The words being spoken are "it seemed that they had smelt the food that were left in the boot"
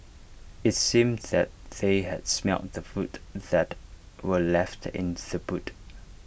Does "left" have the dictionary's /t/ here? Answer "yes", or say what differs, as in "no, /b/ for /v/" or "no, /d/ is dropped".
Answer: yes